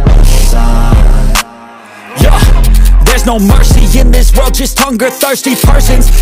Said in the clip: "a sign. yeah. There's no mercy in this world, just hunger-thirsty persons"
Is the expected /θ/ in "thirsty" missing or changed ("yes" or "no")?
no